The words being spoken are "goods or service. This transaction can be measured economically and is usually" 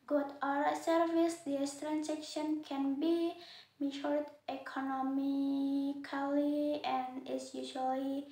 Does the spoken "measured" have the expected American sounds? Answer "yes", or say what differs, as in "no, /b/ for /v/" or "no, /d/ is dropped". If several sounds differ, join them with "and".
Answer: no, /ʃ/ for /ʒ/